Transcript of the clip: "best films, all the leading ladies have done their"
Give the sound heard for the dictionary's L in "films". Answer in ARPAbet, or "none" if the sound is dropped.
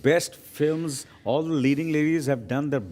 L